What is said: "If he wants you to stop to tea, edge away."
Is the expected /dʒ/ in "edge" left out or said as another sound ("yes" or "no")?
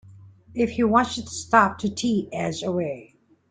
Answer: yes